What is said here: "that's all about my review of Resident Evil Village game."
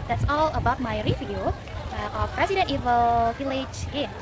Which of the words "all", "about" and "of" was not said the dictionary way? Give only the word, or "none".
of